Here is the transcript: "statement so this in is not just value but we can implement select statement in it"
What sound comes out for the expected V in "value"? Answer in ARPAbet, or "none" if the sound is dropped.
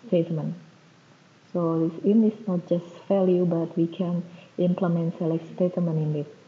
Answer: F